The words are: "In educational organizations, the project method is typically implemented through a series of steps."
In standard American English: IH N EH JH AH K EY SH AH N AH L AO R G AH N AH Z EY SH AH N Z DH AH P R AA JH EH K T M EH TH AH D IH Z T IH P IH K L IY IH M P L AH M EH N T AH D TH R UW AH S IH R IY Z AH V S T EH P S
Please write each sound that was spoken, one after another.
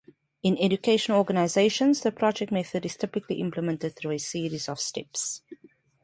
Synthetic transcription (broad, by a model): IH N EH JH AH K EY SH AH N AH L AO G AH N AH Z EY SH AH N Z DH AH P R AA JH EH K T M EH TH AH D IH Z T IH P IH K L IY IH M P L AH M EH N T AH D TH R UW AH S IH R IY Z AH V S T EH P S